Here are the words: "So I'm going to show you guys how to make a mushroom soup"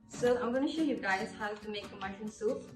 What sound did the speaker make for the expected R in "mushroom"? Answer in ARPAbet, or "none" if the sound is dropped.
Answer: none